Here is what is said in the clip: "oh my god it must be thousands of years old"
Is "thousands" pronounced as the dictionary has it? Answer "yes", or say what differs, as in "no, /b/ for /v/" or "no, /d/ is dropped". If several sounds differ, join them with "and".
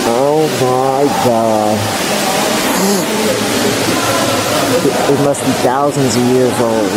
yes